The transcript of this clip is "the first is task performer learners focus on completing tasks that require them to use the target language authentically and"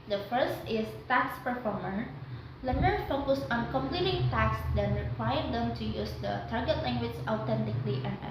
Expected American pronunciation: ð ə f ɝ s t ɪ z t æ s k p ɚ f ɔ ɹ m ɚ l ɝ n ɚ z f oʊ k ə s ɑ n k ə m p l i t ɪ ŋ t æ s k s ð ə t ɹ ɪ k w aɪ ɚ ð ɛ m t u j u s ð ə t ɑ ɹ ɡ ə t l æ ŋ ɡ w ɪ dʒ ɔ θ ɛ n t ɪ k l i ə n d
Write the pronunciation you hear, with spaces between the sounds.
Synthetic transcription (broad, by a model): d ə f ɝ s t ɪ s t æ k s p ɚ f ɔ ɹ m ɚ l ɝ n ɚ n f oʊ k ə s ɑ n k ə m p l i t ɪ ŋ t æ k s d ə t ɹ ɪ k w aɪ ɚ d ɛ m t u j u s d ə t ɑ ɹ ɡ ə t l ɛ ŋ ɡ w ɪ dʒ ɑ t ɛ n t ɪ k l i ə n